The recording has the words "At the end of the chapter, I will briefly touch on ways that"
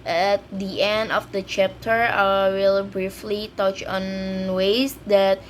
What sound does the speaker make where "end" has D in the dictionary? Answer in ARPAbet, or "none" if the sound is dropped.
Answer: D